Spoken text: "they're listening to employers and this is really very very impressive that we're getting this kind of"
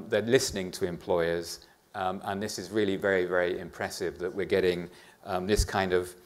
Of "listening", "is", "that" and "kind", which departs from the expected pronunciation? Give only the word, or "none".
none